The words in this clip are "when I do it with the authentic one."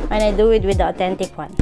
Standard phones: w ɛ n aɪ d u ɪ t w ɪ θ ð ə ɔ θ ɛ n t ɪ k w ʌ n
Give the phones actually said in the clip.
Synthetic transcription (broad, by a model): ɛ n aɪ d u ɪ t w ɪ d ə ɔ t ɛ n t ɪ k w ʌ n